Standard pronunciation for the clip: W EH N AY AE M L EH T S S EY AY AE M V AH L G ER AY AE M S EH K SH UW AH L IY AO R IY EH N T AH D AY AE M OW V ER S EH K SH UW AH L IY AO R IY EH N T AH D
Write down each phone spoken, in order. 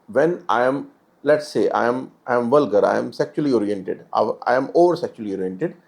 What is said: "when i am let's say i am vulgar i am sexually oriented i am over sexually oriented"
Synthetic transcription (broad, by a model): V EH N AY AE M L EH T S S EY AY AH M V AH L G ER AY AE M S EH K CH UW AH L IY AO R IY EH N T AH D AY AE M OW V ER S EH K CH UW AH L IY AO R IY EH N T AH D